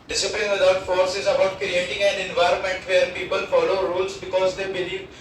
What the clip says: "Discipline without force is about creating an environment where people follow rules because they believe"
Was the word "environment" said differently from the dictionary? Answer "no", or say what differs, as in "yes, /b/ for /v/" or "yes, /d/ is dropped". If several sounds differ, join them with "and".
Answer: no